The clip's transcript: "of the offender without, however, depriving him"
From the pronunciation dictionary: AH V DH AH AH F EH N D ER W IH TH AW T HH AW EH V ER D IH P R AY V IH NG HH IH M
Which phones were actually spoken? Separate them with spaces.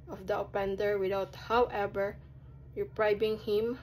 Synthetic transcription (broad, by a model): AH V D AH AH P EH N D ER W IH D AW T HH AW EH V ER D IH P R AY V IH NG HH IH M